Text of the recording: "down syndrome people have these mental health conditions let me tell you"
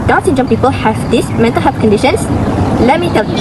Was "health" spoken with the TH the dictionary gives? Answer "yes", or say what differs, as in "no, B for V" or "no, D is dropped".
no, F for TH